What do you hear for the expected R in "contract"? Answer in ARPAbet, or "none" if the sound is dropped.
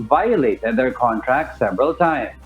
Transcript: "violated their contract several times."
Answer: R